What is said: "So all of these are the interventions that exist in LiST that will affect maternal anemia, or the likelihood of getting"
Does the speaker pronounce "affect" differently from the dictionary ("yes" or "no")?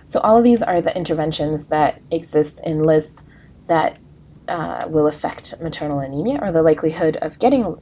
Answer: no